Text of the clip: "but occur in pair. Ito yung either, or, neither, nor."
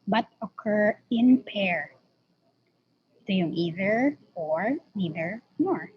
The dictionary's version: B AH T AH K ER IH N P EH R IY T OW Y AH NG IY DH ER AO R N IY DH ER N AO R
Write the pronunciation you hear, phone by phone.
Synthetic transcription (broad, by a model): B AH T AH K ER IH N P EH R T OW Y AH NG IY DH ER AO R N IY DH ER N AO R